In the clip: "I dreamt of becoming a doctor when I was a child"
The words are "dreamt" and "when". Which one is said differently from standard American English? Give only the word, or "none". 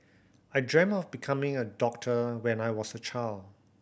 dreamt